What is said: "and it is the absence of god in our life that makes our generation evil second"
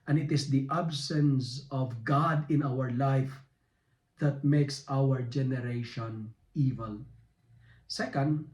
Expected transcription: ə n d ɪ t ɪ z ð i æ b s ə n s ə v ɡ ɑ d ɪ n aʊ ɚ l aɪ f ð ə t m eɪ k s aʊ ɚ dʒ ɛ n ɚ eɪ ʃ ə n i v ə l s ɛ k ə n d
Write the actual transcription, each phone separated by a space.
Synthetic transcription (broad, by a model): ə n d ɪ t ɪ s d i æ b s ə n s ə v ɡ ɑ d ɪ n aʊ ɚ l aɪ f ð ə t m eɪ k s aʊ ɚ dʒ ɛ n ɚ eɪ ʃ ə n i v ə l s ɛ k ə n d